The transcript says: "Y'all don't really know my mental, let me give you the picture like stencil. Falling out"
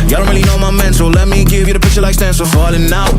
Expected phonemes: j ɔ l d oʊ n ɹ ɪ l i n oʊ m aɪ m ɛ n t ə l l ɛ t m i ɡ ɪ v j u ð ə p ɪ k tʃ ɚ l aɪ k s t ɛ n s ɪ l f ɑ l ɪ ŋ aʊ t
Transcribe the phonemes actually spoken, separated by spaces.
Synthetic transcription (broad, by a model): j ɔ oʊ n ɹ ɪ l i n oʊ m aɪ m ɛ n s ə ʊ l ɛ t m i ɡ ɪ v j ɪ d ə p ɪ tʃ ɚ l aɪ k s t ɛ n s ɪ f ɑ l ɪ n aʊ